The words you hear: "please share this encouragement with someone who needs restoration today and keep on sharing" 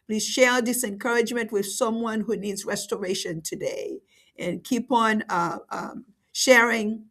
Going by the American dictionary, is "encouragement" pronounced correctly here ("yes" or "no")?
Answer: yes